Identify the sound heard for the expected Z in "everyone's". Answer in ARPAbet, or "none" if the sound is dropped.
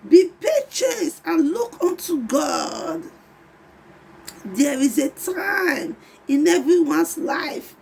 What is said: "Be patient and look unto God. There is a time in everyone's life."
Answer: S